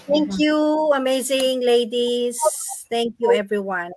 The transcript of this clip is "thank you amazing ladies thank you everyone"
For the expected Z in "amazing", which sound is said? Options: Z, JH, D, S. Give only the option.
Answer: Z